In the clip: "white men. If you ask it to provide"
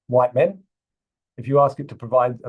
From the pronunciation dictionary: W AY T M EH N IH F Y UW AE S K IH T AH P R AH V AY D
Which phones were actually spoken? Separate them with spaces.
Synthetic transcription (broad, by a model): W AY T M EH N IH F Y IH AE S K IH T AH P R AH V AY D